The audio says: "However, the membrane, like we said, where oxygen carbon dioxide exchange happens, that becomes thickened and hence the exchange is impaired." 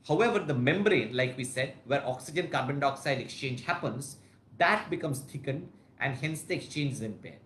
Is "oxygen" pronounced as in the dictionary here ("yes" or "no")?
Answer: yes